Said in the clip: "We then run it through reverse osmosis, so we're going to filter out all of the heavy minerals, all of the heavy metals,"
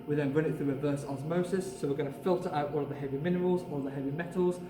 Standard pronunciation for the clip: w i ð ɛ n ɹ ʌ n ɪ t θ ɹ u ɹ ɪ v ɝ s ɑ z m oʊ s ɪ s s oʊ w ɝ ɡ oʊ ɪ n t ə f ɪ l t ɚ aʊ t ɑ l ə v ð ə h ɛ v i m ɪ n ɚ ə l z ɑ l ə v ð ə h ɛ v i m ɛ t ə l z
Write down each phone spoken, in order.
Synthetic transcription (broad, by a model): w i ð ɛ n ɹ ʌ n ɪ t θ ɹ u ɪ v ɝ s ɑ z m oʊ s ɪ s s oʊ w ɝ ɡ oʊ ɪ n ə f ɪ l t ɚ aʊ t ɑ l ə v ð ə h ɛ v i m ɪ n ɚ ə l z ɑ l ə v ð ə h ɛ v i m ɛ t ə l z